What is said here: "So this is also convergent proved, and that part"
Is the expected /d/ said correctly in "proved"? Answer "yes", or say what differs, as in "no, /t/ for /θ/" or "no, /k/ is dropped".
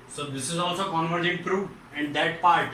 no, /d/ is dropped